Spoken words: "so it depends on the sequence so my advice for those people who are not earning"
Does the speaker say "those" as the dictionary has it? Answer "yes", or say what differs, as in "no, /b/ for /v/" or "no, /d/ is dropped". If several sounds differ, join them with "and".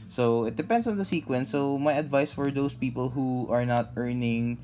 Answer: no, /s/ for /z/